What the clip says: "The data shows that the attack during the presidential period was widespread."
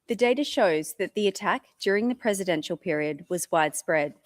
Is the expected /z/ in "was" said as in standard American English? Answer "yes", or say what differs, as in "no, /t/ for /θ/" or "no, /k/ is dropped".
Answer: yes